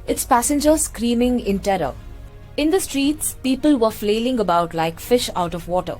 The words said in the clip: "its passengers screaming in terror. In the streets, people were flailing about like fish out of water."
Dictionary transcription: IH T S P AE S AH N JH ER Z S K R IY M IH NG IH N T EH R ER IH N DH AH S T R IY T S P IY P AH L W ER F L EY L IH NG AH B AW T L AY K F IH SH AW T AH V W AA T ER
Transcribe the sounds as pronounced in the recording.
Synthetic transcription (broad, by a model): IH T S P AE S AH N JH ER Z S K R IY M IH NG IH N T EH R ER IH N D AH S T R IY T S P IY P AH L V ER F L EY L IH NG AH B AW T L AY K F IH SH AW T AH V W AA T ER